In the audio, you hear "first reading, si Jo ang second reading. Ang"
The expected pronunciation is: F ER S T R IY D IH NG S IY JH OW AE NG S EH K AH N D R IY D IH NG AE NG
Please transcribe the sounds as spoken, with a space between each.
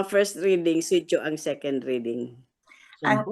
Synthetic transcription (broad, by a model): F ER S T R IY D IH NG S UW CH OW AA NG S EH K AH N D R IY D IH NG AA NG